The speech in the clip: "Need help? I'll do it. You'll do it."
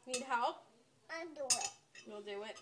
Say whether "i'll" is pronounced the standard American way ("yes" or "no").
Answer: no